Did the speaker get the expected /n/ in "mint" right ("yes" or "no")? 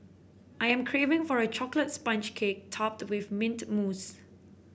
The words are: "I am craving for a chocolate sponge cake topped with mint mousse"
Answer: yes